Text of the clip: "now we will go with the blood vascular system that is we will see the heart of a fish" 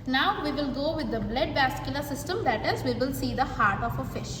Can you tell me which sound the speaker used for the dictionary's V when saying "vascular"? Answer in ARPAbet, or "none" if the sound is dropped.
B